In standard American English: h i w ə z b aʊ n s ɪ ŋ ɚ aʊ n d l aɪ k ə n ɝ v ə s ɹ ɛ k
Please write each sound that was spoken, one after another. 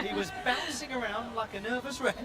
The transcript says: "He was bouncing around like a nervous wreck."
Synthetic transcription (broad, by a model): h i w ə z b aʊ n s ɪ ŋ ɚ aʊ n d l aɪ k ə n ɝ v ə s ɹ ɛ